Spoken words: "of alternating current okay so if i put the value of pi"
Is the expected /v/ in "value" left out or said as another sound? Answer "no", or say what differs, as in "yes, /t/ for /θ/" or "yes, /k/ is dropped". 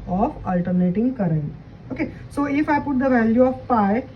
no